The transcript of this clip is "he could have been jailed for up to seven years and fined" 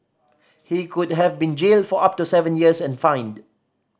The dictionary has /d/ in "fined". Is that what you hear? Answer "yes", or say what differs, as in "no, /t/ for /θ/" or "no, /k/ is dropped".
yes